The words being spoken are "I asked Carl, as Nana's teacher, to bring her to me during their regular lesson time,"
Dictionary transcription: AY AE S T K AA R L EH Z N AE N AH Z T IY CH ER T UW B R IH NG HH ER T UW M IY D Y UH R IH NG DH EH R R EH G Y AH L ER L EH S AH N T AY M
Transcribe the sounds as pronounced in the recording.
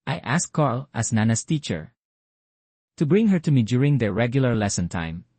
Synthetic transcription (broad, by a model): AY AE S K AA R L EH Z N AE N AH S T IY CH ER T UW B R IH NG HH ER T UW M IY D Y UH R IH NG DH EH R R EH G Y AH L ER L EH S AH N T AY M